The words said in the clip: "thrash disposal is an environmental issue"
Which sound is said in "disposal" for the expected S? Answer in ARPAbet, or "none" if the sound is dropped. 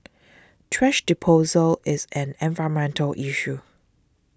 none